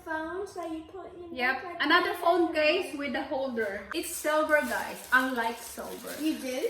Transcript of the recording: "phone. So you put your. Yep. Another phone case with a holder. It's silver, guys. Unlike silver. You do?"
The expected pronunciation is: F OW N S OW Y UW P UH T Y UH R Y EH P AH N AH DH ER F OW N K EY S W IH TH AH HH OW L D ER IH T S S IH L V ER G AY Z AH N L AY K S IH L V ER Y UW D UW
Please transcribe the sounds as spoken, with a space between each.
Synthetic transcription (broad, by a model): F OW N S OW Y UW P UH T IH Y EH P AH N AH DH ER F OW N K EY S W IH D AH HH OW L D ER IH T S S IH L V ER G AY AH N L AY K S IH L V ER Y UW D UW